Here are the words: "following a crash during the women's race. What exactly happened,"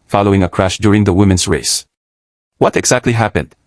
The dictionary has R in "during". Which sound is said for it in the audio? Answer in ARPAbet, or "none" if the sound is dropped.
R